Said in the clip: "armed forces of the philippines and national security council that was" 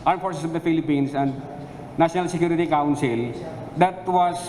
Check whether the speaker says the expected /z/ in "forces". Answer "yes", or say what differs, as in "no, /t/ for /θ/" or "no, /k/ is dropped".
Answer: no, /s/ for /z/